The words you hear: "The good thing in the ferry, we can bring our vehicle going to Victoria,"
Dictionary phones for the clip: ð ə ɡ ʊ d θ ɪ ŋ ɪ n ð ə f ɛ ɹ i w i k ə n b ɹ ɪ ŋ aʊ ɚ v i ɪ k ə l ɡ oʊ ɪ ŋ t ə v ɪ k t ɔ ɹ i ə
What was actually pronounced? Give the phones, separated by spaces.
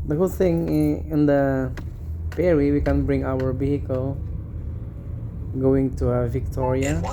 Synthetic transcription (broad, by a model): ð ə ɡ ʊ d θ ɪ ŋ ɪ n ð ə p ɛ ɹ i w i k ə n b ɹ ɪ ŋ aʊ ɚ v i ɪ k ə l ɡ oʊ ɪ ŋ t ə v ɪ k t ɔ ɹ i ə